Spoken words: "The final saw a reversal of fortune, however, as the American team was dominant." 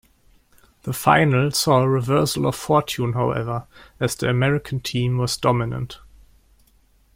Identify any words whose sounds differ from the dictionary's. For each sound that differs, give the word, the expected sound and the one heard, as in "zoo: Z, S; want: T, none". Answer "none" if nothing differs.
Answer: none